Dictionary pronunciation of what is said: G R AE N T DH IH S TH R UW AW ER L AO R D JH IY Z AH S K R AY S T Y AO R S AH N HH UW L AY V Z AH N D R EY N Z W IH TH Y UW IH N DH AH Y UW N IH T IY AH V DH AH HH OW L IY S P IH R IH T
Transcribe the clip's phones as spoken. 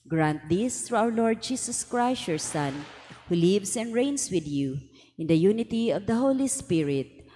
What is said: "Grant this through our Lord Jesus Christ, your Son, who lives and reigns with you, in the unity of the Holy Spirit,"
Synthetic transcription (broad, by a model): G R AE N T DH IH S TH R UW AW ER L AO R D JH IY S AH S K R AY S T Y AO R S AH N HH UW L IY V S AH N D R EY N S W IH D Y UW IH N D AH Y UW N IH T IY AH V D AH HH OW L IY S P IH R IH T